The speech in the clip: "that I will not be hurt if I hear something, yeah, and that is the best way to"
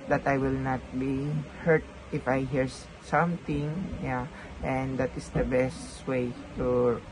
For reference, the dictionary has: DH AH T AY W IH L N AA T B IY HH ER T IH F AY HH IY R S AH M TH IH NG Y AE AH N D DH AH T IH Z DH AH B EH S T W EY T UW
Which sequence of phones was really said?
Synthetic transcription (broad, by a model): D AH T AY W IH L N AA T B IY HH ER T IH F AY HH IY R S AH M T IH NG Y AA AH N D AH T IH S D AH B EH S T W EY T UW